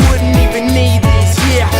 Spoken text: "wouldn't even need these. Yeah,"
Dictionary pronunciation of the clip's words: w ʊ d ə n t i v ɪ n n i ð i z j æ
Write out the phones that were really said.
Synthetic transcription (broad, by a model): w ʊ d n t i v ɪ n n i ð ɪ s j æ